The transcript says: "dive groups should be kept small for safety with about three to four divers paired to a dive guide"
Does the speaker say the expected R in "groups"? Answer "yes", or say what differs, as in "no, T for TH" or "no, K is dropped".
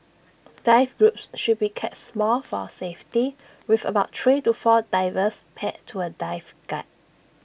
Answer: yes